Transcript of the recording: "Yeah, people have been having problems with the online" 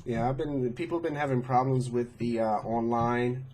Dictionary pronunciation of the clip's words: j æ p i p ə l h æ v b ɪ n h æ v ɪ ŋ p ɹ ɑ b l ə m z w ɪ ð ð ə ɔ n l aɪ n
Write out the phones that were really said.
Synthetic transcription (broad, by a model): j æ b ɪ p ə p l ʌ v b ɪ n h æ v ɪ ŋ p ɹ ɑ b l ə m z w ɪ ð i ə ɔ n l aɪ n